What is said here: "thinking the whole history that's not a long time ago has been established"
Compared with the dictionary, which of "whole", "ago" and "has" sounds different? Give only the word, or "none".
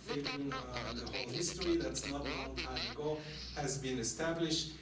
none